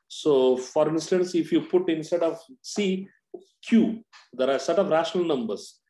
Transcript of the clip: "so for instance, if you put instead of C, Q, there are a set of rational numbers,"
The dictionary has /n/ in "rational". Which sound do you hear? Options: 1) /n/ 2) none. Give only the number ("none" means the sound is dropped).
1